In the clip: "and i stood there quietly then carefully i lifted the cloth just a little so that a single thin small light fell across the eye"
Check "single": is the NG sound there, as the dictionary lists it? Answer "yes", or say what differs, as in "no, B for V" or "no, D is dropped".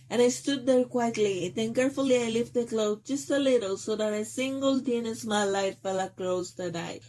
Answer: yes